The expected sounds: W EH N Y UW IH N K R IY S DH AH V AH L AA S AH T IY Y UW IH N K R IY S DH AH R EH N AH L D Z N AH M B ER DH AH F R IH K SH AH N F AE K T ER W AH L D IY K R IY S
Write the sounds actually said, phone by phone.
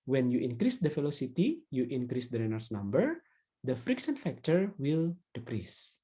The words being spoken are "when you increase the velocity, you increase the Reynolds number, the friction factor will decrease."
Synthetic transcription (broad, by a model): W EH N Y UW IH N K R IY S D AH F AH L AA S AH T IY Y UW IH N K R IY S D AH R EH N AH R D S N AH M B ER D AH F R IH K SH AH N F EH K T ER W AH L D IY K R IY S